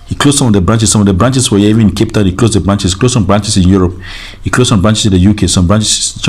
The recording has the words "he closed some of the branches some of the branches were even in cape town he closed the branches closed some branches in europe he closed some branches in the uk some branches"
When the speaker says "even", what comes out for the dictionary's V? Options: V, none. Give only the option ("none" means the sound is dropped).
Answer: none